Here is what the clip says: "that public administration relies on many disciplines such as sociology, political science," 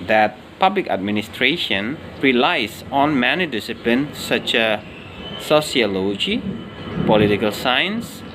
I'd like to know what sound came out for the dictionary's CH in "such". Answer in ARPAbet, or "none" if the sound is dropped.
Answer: CH